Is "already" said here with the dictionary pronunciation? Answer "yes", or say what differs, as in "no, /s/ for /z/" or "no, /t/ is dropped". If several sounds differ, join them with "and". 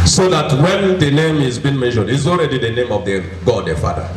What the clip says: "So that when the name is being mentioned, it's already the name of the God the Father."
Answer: yes